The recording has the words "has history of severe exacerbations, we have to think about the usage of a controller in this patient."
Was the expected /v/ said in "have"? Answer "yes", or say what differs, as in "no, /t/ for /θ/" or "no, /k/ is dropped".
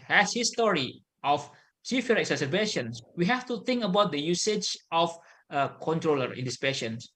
no, /f/ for /v/